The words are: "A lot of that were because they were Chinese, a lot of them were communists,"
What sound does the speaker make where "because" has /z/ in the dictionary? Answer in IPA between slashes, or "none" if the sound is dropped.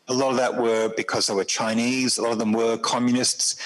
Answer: /z/